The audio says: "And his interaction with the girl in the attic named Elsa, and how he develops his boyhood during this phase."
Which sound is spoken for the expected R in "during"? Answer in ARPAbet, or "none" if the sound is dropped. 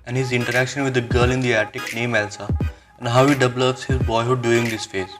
none